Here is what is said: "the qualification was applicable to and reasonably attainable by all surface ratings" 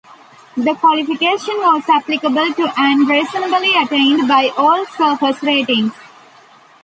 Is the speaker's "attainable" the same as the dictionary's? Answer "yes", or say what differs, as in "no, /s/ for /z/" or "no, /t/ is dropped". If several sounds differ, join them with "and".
no, /n/ is dropped